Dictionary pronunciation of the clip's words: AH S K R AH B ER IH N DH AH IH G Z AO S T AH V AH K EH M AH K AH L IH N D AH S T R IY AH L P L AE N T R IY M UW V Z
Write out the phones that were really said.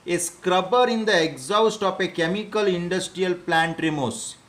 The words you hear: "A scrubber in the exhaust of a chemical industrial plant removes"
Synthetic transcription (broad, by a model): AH S K R AH B ER IH N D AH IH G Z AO S T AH F AH K EH M AH K AH L IH N D AH S T R IY AH L P L AE N T R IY M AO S